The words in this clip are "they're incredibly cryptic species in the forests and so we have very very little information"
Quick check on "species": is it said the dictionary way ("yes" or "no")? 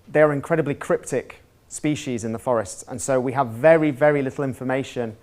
yes